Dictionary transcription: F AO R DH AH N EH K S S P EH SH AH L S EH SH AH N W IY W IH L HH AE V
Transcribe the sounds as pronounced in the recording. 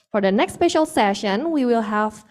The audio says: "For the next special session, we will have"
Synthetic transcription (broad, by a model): F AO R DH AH N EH K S S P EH SH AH L S EH SH AH N W IY W IH L HH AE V